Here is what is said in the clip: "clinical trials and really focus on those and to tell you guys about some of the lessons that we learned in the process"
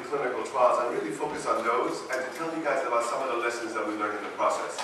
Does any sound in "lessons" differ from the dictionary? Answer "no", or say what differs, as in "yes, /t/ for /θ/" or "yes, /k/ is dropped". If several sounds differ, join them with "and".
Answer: no